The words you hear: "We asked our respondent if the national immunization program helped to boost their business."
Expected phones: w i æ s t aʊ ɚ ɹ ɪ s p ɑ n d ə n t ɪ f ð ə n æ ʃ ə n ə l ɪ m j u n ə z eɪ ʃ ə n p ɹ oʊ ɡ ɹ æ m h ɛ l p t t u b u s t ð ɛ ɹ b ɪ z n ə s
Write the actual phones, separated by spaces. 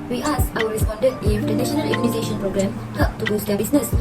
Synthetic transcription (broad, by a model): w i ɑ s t aʊ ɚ ɹ ɪ s p ɑ n d ə n t ɪ f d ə n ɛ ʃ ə n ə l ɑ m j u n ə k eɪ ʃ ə n p ɹ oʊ ɡ ɹ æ m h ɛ p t t u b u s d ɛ b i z n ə s